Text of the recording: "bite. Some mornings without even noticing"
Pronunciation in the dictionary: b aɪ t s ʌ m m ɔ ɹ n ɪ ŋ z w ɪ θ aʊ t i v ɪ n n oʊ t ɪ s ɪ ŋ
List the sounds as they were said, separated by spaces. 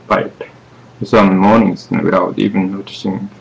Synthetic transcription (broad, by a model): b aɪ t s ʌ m m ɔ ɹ n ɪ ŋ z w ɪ t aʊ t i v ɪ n n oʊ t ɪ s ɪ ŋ